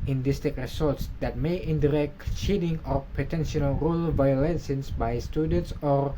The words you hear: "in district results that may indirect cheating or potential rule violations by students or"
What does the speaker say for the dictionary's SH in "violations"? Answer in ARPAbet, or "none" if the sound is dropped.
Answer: S